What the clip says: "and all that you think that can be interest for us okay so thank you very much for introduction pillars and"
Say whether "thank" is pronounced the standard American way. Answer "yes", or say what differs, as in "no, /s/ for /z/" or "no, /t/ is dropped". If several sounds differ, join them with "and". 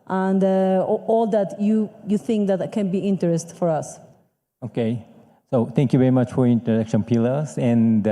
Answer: no, /t/ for /θ/